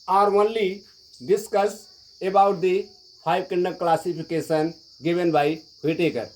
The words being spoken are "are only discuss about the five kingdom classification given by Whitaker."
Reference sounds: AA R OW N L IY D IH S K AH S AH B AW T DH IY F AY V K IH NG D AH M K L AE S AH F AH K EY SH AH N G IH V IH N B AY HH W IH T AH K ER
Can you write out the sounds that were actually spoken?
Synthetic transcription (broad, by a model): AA R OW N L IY D IH S K AH S AH B AW T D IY P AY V K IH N D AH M K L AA S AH P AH K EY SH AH N G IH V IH N B AY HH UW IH T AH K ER